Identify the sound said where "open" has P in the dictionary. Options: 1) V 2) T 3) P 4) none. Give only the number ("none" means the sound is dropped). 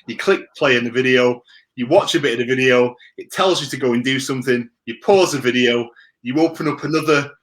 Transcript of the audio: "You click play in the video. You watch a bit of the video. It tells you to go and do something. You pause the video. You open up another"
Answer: 3